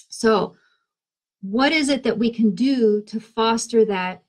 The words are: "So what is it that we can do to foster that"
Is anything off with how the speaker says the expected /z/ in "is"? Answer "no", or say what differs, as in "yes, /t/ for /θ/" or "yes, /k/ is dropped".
no